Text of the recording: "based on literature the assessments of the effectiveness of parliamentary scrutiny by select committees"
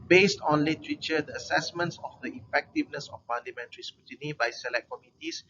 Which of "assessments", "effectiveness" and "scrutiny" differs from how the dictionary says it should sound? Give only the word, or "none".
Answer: scrutiny